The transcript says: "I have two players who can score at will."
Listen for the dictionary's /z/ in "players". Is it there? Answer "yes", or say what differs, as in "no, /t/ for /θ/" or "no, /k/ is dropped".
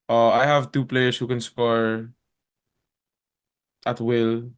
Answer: no, /s/ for /z/